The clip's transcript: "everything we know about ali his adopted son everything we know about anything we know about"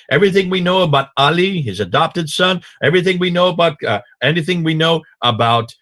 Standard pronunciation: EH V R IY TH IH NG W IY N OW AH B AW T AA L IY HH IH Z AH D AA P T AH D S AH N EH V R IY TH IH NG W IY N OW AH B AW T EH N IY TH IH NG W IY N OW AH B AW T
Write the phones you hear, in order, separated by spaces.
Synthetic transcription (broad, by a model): EH V R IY TH IH NG W IY N OW AH B AW T AA L IY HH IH Z AH D AA P T AH D S AH N EH V R IY TH IH NG W IY N OW AH B AW T EH N IY TH IH NG W IY N OW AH B AW T